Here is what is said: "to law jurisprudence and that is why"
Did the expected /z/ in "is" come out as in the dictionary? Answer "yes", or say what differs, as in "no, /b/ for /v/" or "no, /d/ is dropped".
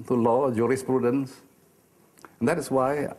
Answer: no, /s/ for /z/